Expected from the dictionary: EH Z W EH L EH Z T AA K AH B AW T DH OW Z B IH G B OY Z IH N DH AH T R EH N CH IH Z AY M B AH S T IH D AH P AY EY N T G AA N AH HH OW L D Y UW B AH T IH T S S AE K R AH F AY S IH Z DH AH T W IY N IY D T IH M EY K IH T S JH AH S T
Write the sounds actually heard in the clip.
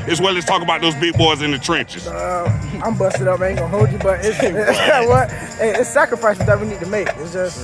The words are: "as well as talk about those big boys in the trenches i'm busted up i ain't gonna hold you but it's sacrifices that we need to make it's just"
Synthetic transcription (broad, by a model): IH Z W EH L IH S T AA K AH B AW T DH OW Z B IH G B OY Z IH N DH AH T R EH N CH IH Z AY M B AH S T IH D AH P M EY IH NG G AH HH OW L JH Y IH B AH T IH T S S AE K R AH F AY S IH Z DH AH T W IY N IY D T IH M EY K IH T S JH AH S T